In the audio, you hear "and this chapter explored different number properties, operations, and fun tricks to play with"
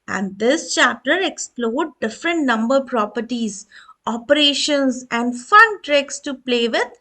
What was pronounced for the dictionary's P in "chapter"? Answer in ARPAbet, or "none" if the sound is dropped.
none